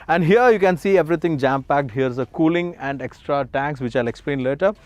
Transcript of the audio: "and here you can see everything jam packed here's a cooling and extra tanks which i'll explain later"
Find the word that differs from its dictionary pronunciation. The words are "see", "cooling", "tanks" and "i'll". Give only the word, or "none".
none